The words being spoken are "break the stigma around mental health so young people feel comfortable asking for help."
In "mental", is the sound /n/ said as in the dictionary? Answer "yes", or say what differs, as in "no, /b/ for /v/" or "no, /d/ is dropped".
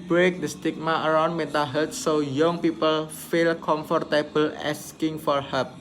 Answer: no, /n/ is dropped